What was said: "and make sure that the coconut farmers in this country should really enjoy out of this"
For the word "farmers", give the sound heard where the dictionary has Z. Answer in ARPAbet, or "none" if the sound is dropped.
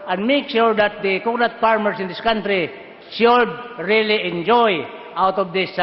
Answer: S